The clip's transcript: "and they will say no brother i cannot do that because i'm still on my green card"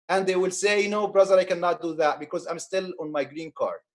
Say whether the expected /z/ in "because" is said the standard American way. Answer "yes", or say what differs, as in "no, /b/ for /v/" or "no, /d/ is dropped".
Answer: yes